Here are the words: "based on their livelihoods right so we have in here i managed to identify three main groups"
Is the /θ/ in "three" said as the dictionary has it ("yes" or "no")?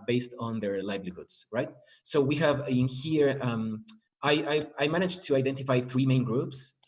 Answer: yes